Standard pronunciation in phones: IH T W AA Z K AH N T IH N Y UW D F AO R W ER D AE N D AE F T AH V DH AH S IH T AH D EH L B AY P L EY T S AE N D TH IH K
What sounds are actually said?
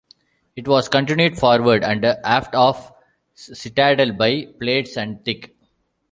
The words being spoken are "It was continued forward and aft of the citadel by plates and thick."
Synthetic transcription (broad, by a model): IH T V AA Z K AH N T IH N Y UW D F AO R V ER D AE N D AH T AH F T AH S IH T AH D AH L B AY P L EY T S AE N D T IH K